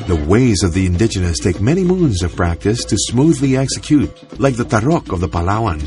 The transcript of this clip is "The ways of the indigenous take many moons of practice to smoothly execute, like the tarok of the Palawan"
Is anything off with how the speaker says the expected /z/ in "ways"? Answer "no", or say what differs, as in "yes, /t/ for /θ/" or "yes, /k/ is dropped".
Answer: no